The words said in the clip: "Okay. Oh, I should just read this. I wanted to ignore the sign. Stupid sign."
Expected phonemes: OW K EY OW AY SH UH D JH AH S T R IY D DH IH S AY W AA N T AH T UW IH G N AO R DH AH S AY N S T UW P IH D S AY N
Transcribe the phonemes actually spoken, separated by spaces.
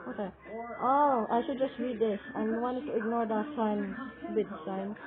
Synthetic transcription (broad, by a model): OW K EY OW AY SH UH D JH AH S T R IY D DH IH S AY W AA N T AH T UW IH G N AO R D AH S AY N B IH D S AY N